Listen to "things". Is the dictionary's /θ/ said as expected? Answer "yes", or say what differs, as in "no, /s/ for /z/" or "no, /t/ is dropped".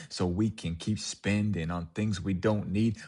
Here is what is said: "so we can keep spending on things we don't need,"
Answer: yes